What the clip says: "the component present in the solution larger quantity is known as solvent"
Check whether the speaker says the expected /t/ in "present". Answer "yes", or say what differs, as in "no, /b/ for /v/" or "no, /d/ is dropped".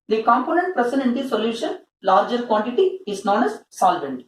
no, /t/ is dropped